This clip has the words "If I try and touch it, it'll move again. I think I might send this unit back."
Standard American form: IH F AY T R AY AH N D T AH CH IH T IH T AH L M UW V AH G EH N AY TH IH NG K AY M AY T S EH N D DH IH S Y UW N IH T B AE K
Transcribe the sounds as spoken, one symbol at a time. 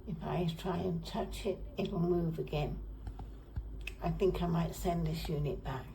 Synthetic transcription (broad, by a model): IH F AY T R AY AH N T AH CH IH T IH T L M UW V AH G EH N AY TH IH NG K AY M AY T S EH N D DH IH S Y UW N IH T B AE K